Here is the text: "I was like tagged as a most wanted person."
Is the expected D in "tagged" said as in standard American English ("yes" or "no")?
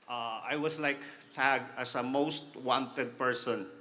no